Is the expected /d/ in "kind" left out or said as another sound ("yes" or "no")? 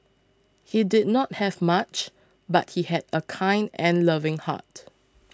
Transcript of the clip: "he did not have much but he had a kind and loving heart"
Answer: no